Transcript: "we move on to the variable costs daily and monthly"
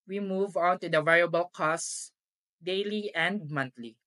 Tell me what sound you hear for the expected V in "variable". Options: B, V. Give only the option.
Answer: V